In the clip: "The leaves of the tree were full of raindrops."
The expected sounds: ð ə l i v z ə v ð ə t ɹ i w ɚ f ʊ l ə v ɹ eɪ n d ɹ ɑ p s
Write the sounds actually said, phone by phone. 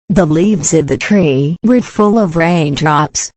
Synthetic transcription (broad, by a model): ð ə l i v z ə v ð ə t ɹ i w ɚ f ʊ l ə v ɹ eɪ n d ɹ ɑ p s